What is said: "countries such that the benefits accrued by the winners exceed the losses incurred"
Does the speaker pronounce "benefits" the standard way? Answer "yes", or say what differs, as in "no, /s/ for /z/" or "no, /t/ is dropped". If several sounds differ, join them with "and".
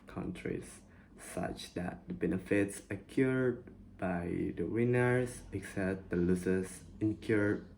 yes